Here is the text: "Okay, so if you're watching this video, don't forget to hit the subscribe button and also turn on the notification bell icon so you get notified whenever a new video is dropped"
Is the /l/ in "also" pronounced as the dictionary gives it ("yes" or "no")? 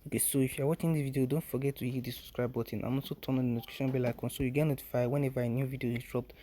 no